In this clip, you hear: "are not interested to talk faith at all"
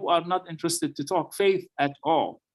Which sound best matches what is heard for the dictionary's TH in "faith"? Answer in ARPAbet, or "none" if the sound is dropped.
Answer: TH